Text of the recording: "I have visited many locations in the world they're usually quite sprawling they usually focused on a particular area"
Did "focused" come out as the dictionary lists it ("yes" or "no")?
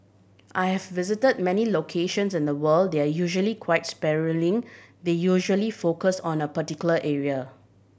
no